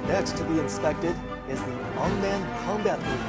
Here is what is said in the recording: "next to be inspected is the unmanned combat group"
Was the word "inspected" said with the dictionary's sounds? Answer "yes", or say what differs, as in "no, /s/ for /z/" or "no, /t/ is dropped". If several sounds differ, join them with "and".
yes